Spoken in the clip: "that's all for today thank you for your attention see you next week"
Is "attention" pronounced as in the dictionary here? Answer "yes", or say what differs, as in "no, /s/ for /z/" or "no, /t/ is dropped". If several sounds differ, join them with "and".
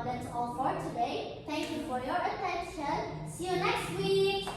yes